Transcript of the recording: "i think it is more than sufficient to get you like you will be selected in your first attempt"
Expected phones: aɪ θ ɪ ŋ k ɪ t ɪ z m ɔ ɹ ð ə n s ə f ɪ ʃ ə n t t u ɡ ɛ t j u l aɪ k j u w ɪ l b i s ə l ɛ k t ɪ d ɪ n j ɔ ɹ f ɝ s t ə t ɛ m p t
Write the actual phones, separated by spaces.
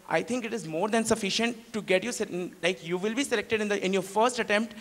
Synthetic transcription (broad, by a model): aɪ t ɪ ŋ k ɪ t ɪ z m ɔ ɹ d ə n s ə f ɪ ʃ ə n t t u ɡ ɛ t j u l aɪ k j u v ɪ l b i s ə l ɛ k t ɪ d ɪ n j ɔ ɹ f ɝ s t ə t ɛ m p t